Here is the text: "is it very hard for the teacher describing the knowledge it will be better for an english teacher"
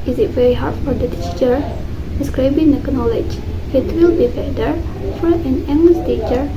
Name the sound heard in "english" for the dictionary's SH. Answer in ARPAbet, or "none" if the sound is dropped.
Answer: S